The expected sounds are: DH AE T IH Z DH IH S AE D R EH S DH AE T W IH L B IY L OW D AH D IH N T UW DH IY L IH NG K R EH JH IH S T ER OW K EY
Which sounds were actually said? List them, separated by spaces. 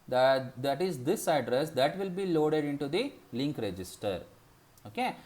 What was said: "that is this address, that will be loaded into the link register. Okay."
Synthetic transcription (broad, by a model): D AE T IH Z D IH S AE D R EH S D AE T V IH L B IY L OW D AH D IH N T UW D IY L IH NG K R EH JH IH S T ER OW K EY